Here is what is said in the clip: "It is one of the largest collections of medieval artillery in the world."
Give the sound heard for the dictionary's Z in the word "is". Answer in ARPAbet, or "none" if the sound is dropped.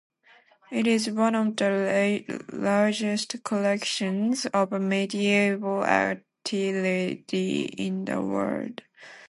Z